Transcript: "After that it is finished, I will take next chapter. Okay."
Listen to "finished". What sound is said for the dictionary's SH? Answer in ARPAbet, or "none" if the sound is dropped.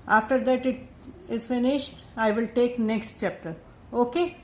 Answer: SH